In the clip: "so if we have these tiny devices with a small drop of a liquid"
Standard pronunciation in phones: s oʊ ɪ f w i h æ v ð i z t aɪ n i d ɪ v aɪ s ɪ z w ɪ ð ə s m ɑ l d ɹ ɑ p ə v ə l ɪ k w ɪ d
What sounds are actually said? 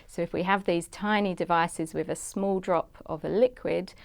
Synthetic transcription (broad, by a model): s oʊ ɪ f w i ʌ v ð i z t aɪ n i d ɪ v aɪ s ɪ z w ɪ ð ə s m ɑ l d ɹ ɑ p ə v ə l ɪ k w ɪ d